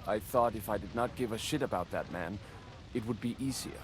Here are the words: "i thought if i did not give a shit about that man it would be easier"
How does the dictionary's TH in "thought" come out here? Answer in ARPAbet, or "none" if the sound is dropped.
TH